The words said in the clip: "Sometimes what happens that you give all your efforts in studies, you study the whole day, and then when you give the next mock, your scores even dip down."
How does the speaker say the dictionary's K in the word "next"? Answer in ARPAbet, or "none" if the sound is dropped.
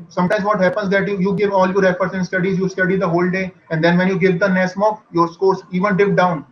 none